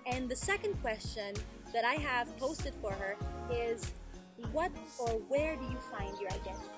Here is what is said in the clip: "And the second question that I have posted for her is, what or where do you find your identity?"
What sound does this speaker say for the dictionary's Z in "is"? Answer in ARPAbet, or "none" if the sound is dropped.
Z